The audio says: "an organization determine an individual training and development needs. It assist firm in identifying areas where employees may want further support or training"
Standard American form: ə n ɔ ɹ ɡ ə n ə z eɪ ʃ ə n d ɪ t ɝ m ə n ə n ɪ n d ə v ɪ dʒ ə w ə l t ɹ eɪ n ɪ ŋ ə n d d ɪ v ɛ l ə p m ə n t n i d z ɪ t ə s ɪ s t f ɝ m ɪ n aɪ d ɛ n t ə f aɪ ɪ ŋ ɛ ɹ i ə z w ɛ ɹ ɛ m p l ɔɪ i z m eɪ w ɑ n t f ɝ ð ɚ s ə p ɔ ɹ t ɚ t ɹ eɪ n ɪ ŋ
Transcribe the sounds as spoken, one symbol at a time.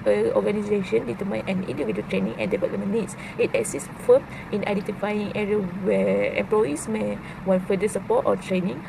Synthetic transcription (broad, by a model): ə ɔ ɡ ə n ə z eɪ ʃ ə n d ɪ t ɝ m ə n ə n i n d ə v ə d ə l t ɹ eɪ n ɪ ŋ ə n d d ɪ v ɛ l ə m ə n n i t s ɪ t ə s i s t f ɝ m ɪ n aɪ d ɛ n t ə f aɪ ɪ ŋ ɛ ɹ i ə w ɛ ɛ m p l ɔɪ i s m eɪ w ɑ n f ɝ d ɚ s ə p ɔ t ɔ t ɹ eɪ n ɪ ŋ